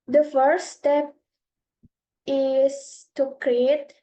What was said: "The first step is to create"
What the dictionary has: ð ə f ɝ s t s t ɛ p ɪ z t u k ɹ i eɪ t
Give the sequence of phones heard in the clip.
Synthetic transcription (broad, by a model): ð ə f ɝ t s t ɛ p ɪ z t u k ɹ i eɪ t